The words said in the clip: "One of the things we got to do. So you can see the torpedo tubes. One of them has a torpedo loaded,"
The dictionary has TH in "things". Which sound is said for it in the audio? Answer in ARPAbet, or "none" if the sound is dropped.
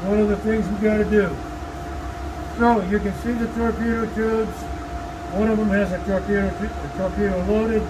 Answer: TH